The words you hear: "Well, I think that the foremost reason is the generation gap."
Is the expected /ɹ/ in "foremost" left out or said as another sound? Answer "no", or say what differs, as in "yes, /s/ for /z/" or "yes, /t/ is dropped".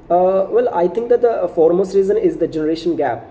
no